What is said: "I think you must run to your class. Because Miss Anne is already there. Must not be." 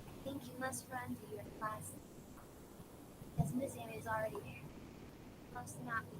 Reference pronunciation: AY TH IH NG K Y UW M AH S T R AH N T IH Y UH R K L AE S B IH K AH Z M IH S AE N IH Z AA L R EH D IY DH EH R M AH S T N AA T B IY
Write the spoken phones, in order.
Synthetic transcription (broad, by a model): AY TH IH NG K Y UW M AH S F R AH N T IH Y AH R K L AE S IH AH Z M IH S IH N IH Z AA L R EH D IY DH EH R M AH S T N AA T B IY